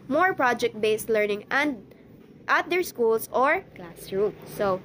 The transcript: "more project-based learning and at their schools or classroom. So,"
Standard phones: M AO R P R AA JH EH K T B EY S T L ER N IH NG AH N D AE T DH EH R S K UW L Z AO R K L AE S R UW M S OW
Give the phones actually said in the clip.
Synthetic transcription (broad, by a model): M AO R P R AA JH EH K T B EY S T L ER N IH NG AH N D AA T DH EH R S K UW L S AO R K L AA S R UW M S OW